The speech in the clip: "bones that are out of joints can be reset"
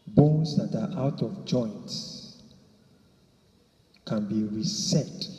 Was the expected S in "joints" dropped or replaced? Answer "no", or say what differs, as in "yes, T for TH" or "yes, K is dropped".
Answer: no